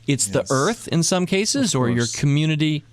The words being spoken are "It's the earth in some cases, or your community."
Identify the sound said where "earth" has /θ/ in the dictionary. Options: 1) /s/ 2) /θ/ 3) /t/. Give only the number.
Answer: 2